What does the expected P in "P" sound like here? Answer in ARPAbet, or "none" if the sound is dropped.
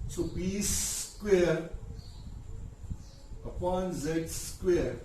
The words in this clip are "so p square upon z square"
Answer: B